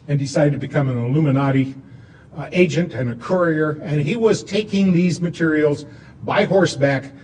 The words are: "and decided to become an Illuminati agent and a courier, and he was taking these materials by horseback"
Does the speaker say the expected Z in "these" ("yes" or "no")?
yes